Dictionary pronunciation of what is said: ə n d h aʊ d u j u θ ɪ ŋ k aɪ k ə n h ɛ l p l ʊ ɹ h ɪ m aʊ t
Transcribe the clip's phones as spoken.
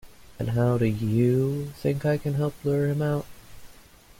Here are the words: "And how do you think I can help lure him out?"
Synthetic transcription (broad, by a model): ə n h aʊ d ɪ j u θ ɪ ŋ k aɪ k ə n h ɛ l p l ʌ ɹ h ɪ m aʊ t